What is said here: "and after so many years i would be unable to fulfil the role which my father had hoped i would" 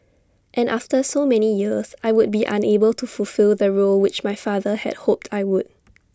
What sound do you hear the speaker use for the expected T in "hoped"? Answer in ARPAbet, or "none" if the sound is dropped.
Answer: T